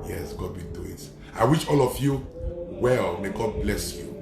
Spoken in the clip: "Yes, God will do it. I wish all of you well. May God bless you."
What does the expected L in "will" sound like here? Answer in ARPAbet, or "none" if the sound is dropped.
N